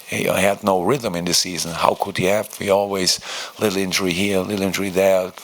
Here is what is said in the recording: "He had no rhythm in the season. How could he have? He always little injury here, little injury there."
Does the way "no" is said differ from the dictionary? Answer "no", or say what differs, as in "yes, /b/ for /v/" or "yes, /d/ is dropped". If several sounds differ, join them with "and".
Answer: no